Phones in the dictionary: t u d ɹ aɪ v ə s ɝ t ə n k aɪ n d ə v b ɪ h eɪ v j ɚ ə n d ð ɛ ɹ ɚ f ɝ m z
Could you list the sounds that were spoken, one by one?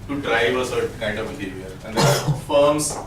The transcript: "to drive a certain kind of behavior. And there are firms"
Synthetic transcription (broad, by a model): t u d ɹ aɪ v ə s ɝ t k aɪ n d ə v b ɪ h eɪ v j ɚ ə n d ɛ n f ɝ m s